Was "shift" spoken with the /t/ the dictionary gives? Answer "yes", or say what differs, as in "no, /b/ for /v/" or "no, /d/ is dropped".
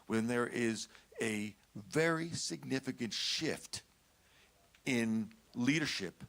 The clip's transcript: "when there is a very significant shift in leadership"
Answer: yes